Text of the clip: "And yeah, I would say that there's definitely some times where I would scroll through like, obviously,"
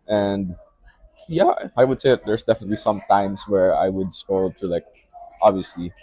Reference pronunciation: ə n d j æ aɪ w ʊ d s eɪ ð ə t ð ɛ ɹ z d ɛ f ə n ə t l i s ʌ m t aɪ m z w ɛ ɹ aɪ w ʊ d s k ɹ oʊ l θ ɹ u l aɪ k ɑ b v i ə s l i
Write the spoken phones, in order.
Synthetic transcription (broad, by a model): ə n d j æ aɪ w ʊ d s eɪ ð ə t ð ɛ ɹ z d ɛ f ə n ə t l i s ʌ m t aɪ m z w ɛ ɹ aɪ w ʊ d s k oʊ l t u l aɪ k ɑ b v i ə s l i